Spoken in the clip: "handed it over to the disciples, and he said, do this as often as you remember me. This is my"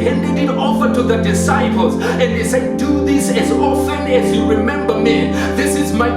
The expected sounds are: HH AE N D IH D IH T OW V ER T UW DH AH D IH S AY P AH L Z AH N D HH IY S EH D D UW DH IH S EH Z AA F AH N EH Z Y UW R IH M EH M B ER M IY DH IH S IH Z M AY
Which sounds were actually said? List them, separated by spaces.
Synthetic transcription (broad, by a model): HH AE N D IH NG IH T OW F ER T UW DH AH D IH S AY P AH L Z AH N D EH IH S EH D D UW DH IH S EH Z AA F AH N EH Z Y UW R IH M EH M B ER M IY DH IH S IH Z M AY